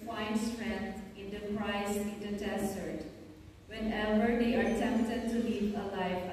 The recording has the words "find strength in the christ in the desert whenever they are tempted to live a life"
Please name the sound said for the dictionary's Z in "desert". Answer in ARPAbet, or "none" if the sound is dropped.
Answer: S